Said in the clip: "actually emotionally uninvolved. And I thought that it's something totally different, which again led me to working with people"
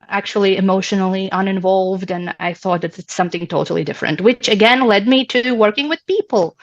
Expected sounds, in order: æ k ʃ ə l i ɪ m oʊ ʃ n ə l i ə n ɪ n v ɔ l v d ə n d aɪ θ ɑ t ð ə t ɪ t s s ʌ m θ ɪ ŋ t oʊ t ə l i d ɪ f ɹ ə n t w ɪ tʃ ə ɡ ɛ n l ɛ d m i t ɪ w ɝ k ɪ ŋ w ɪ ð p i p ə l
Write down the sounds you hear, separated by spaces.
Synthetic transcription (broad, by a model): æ k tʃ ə l i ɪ m oʊ ʃ n l i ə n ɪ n v ɔ l v d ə n aɪ θ ɑ t ð ə t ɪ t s s ʌ m θ ɪ ŋ t oʊ t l i d ɪ f ɹ ə n t w ɪ tʃ ə ɡ ɛ n l ɛ d m i t ɪ w ɝ k ɪ ŋ w ɪ ð p i p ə l